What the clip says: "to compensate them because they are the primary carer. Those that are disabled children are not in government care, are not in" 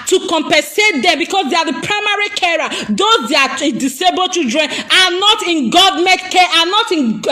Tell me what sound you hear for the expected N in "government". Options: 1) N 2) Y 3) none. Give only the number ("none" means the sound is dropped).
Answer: 3